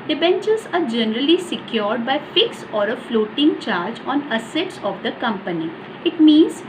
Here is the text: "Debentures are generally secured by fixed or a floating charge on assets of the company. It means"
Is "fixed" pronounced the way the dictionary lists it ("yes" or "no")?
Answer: no